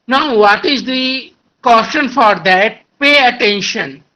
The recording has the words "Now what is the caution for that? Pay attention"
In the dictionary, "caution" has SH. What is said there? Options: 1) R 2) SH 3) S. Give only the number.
3